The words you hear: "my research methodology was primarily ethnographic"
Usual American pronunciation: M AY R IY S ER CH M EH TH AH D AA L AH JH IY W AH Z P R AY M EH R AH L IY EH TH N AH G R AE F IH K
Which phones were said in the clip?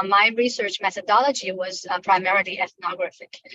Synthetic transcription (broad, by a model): M AY R IY S ER CH M EH TH AH D AA L AH JH IY W AH Z P R AY M EH R AH L IY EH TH N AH G R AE F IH K